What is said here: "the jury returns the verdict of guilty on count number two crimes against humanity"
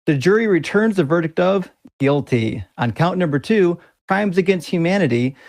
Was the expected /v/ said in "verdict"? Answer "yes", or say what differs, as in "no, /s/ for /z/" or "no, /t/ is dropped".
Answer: yes